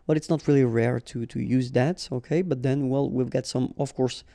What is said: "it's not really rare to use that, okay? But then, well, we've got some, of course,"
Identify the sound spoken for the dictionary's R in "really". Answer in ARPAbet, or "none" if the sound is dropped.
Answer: R